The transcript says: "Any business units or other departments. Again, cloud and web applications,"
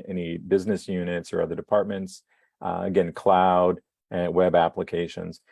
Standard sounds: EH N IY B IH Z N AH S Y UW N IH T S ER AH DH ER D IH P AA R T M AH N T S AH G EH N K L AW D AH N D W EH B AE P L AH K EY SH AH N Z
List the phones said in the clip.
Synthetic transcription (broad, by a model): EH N IY B IH Z N AH S Y UW N IH T S ER AH DH ER D IH P AA R T M AH N T S AH G EH N K L AW D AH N W EH B AE P L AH K EY SH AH N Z